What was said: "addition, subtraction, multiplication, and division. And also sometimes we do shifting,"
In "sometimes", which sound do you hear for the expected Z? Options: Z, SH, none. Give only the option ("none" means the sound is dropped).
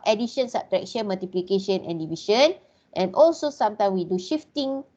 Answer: none